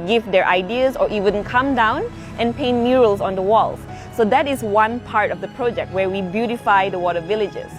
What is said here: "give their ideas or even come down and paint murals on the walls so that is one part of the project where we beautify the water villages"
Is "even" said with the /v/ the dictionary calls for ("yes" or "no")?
no